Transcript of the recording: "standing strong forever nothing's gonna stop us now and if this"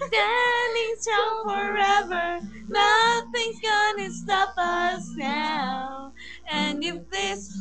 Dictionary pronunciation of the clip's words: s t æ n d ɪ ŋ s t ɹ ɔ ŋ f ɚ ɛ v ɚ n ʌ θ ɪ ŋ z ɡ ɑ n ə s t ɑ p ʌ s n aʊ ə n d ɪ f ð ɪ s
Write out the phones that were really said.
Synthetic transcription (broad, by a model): s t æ n d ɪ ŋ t ɔ f ɚ ɛ v ɚ n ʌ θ ɪ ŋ ɡ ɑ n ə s t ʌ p ʌ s n aʊ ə n ɪ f ð ɪ s